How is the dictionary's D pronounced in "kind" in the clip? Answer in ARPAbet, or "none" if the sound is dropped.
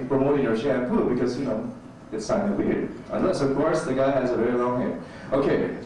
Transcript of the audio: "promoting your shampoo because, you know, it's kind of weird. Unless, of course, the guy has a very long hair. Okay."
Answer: none